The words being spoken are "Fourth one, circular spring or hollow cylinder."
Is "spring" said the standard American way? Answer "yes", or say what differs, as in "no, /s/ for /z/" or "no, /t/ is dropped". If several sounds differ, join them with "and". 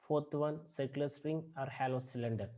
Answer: no, /p/ is dropped